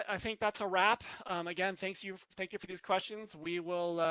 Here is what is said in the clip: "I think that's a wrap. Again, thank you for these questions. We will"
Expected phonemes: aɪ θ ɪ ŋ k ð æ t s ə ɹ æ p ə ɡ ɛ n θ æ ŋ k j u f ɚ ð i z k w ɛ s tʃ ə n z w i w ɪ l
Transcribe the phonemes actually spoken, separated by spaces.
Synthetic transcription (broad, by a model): aɪ θ ɪ ŋ k ð æ t s ə ɹ æ p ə ɡ ɛ n θ æ ŋ k j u f ɚ ð i z k w ɛ s tʃ ə n z w i w ɪ l